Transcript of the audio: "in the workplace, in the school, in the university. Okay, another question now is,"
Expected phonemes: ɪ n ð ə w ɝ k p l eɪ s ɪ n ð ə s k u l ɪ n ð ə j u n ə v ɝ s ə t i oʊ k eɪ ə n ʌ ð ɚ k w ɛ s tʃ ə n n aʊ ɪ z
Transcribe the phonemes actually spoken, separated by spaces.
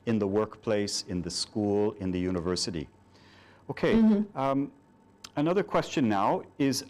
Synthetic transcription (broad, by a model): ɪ n ð ə w ɝ k p l eɪ s ɪ n ð ə s k u l ɪ n ð ə j u n ə v ɝ s ə t i oʊ k eɪ ə n ʌ ð ɚ k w ɛ s tʃ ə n n aʊ ɪ z